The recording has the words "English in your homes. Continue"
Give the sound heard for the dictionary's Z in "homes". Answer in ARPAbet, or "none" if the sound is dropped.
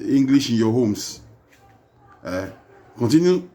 S